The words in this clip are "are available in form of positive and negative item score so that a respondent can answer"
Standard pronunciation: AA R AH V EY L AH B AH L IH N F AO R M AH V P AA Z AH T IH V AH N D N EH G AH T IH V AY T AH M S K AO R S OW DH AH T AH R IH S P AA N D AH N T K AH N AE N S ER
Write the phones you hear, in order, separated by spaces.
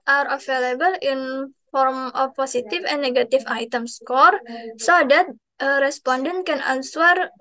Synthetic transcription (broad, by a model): AA R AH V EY L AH B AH L IH N F AO R M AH F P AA S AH T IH F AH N N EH G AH T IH F AY T AH M S K AO R S OW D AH T AH R IH S P AA N D AH N T K AH N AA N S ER